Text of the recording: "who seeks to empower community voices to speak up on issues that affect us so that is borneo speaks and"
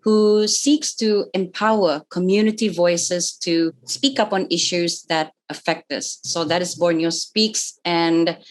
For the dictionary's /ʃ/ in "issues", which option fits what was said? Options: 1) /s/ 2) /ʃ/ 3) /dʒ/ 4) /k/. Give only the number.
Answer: 2